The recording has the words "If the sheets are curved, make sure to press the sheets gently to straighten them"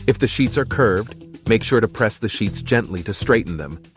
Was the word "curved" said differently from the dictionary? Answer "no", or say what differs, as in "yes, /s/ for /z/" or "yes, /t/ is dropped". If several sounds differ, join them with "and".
no